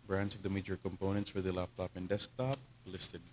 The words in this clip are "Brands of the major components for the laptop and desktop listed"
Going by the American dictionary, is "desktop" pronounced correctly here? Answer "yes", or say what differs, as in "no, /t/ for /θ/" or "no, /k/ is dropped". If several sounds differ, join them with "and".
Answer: yes